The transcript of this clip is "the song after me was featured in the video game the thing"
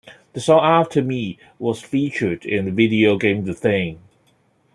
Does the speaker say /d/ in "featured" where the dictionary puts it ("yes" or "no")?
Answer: yes